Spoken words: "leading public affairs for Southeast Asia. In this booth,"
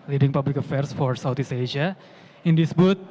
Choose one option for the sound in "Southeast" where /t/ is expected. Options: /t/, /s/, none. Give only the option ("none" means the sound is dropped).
none